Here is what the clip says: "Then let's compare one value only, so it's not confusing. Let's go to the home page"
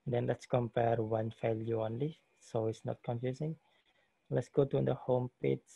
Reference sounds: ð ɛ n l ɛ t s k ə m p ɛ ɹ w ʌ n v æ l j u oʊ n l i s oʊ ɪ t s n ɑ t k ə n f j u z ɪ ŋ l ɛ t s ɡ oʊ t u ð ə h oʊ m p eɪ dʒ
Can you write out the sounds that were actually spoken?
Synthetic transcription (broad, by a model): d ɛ n l ɛ t s k ə m p ɛ ɹ w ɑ n f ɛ l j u oʊ n l i s oʊ ɪ t s n ɑ t k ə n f j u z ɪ ŋ l ɛ t s ɡ oʊ t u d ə h oʊ m p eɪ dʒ